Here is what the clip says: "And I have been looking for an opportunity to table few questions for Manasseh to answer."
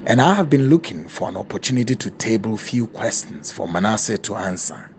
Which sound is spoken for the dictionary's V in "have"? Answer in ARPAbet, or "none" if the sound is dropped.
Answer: V